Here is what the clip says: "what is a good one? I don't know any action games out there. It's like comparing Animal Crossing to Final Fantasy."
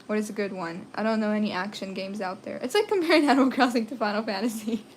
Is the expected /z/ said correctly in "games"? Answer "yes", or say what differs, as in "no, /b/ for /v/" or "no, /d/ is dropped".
yes